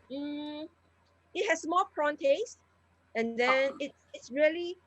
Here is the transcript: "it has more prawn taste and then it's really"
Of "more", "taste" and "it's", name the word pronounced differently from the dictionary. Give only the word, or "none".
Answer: more